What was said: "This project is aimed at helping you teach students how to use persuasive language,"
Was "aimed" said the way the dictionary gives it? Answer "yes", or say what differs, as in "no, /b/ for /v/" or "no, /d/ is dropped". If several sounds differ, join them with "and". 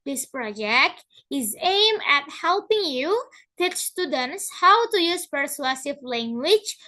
no, /d/ is dropped